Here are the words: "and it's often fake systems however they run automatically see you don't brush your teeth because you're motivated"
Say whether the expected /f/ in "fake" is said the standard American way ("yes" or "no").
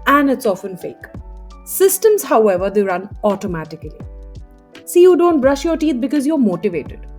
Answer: yes